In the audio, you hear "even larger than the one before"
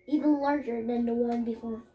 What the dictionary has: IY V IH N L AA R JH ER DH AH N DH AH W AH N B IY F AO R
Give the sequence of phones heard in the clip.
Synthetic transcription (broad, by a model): IY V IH N L AA R JH ER DH AH N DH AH W AH N B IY F AO R